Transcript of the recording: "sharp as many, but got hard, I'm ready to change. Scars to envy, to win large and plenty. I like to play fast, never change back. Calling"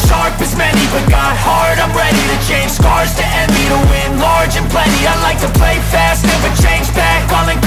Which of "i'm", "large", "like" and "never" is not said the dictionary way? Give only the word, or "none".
never